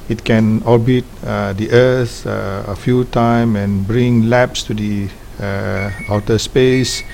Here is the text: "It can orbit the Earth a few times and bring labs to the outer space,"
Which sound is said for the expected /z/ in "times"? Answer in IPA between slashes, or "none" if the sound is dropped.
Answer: none